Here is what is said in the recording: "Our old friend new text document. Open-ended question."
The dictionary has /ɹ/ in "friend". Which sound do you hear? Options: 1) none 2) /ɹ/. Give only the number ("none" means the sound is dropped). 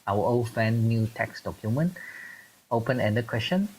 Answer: 1